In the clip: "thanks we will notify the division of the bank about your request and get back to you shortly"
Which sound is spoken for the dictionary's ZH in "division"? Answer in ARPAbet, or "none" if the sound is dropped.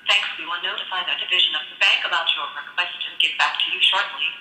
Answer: ZH